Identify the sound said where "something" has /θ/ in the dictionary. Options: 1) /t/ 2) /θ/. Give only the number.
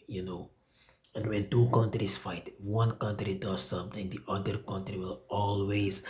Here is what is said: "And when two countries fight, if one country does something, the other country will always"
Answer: 1